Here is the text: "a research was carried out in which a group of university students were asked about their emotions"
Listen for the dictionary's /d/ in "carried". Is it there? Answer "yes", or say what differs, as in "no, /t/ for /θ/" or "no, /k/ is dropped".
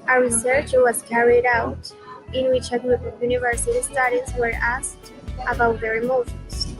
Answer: yes